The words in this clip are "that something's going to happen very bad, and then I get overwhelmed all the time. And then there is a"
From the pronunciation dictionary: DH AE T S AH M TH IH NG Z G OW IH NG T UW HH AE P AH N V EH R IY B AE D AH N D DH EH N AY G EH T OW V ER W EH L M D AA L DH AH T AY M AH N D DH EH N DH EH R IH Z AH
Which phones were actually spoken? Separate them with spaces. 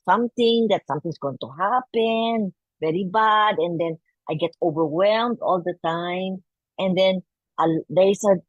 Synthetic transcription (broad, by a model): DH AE T S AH M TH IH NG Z G OW IH NG T UW HH AE P AH N V EH R IY B AE D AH N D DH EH N AY G EH T OW V ER W EH L M D AA L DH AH T AY M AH N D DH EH N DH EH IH S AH